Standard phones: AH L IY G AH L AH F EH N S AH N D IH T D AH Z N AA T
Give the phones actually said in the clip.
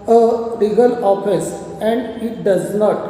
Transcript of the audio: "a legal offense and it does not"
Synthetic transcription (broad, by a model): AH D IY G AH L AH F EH S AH N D IH T D AH Z N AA T